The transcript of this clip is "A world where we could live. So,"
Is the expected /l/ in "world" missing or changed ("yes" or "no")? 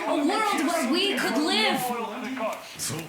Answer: no